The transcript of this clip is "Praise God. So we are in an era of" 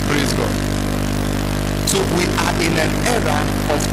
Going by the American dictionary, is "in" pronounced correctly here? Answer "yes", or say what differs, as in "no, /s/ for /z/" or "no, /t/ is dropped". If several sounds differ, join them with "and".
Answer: no, /l/ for /n/